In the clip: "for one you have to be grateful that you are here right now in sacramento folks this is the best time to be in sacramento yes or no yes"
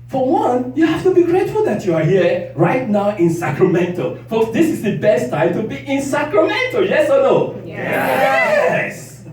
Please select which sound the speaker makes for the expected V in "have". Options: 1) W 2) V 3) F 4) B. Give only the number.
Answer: 3